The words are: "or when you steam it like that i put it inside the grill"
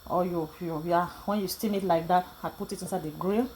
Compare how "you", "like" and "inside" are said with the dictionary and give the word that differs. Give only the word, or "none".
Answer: none